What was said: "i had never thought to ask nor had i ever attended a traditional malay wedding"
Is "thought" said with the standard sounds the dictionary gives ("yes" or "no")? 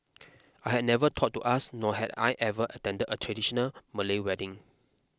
no